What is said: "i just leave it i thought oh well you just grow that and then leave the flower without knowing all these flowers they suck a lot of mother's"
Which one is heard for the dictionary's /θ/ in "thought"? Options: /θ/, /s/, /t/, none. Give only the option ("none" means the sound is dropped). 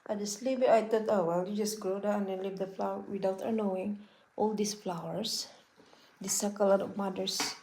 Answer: /t/